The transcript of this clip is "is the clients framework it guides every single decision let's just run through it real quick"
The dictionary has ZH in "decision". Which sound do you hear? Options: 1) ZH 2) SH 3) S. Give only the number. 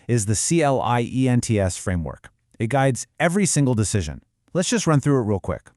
1